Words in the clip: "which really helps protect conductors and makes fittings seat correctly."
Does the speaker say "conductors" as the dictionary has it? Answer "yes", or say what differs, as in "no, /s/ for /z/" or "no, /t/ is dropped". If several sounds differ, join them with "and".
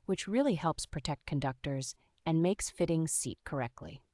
yes